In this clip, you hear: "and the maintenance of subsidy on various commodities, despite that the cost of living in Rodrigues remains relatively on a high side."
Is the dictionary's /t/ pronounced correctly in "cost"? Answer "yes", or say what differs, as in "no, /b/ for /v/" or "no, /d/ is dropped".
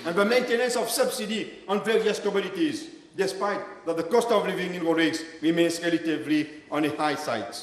yes